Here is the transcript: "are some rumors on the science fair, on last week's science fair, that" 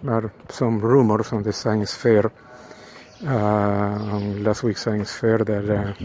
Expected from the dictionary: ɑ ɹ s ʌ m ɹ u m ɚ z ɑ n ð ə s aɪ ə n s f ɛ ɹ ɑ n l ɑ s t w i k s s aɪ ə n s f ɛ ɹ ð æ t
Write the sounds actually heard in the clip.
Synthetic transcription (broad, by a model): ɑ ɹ s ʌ m ɹ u m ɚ s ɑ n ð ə s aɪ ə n s f ɛ ɹ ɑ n l ɑ s t w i k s s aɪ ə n s f ɛ ɹ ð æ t